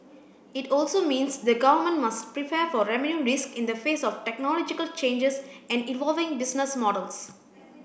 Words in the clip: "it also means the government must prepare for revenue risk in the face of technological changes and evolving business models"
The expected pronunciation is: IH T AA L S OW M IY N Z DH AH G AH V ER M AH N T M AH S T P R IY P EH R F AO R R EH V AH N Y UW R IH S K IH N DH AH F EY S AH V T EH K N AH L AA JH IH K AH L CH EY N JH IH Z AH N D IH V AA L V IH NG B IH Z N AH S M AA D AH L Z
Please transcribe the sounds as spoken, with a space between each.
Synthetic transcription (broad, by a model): IH T AA L S OW M IY N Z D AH G AH V ER M AH N T M AH S T P R IY P EH R F AO R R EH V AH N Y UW R IH S K IH N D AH F EY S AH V T EH K N AH L AA JH IH K AH L CH EY N JH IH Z AH N D IH V AA L V IH NG B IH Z N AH S M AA D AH L S